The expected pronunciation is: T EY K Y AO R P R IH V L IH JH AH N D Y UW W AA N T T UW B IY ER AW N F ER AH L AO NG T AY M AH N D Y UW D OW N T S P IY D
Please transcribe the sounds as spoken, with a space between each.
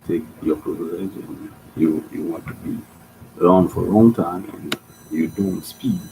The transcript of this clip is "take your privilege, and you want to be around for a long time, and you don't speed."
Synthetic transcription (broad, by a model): T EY K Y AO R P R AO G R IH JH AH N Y Y UW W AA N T T UW B IY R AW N F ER AH L AO NG T AY M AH N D Y UW D OW N T S P IY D